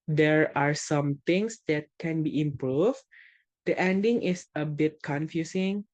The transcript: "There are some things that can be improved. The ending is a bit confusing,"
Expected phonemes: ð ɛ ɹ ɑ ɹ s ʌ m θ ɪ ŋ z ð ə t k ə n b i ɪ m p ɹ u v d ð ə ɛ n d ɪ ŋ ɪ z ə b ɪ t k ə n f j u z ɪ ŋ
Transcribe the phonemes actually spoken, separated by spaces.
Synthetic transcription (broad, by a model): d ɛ ɹ ɑ ɹ s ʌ m t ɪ ŋ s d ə t k ə n b i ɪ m p ɹ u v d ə ɛ n d ɪ ŋ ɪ s ə b ɪ t k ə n f j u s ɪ ŋ